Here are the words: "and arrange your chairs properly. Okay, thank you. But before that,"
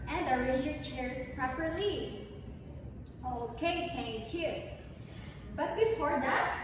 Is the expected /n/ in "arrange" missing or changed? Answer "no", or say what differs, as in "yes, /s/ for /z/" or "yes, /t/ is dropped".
yes, /n/ is dropped